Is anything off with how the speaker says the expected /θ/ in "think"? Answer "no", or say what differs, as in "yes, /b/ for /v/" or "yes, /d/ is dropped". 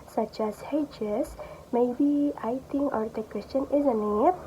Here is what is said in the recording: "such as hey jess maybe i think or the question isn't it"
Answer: yes, /t/ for /θ/